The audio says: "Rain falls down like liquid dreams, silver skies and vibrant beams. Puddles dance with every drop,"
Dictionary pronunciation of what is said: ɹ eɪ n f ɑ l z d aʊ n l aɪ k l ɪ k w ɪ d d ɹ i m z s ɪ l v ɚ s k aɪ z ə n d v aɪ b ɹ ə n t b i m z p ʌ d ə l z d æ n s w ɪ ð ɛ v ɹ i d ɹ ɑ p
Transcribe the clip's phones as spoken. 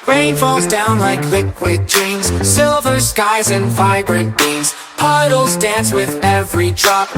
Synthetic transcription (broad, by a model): ɹ eɪ n f ɑ l z d aʊ n l aɪ k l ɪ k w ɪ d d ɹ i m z s ɪ l v ɚ s k aɪ z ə n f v aɪ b ɹ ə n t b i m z p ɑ d l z d æ n s w ɪ ð ɛ v ɹ i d ɹ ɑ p